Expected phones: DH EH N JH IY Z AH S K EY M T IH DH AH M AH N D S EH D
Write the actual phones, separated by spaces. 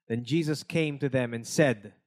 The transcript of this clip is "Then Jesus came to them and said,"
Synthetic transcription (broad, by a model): DH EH N JH IY Z AH S K EY M T IH DH AH M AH N S EH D